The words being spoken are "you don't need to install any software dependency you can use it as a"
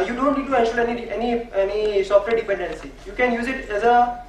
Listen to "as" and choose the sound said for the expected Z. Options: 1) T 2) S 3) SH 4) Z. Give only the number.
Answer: 4